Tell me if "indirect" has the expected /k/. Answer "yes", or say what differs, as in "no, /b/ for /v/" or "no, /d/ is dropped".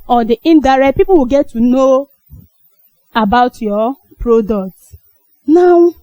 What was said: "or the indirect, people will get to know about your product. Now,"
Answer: no, /k/ is dropped